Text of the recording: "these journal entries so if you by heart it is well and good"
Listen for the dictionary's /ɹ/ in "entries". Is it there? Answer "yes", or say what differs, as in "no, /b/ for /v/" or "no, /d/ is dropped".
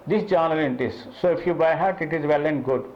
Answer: no, /ɹ/ is dropped